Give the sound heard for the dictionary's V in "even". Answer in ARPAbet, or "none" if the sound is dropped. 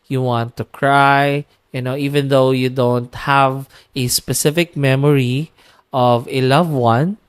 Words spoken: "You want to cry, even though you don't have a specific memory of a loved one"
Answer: V